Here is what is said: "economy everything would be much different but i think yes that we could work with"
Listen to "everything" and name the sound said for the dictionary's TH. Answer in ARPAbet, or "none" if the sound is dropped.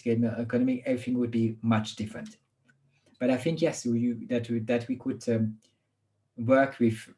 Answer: TH